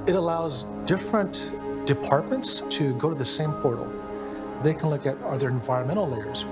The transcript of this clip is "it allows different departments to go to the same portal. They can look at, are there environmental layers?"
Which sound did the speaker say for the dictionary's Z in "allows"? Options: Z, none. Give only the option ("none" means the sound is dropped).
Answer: Z